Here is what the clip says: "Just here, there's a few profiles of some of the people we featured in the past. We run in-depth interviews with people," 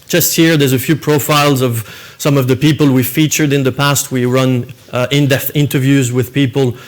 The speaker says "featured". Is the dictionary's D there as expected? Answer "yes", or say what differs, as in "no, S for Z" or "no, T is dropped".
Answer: yes